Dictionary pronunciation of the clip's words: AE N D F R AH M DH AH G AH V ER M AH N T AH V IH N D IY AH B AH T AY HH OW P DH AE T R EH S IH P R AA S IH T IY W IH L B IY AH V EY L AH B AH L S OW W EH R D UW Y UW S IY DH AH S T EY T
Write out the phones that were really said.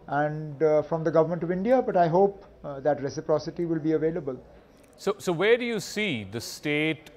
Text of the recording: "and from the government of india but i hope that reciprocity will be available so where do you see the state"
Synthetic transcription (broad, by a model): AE N D F R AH M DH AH G AH V ER M AH N T AH V IH N D IY AH B AH T AY HH OW P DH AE T R EH S IH P R AA S IH T IY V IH L B IY AH V EY L AH B AH L S OW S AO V D UW Y UW S IY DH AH S T EY T